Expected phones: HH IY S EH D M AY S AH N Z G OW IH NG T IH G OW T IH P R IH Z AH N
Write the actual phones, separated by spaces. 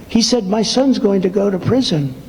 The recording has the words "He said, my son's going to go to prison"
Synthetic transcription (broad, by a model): HH IY S EH D M AY S AH N Z G OW IH NG T IH G OW T IH P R IH Z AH N